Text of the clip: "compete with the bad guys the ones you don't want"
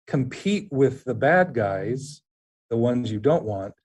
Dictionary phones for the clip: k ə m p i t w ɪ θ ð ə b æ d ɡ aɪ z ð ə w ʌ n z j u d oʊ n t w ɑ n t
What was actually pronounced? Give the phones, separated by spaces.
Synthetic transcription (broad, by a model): k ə m p i t w ɪ ð ə b æ d ɡ aɪ z ð ə w ʌ n z j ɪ d oʊ n t w ɑ n t